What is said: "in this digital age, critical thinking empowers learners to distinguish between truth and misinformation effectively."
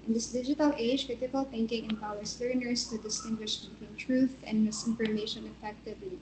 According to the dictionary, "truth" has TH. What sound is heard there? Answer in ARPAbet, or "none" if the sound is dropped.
TH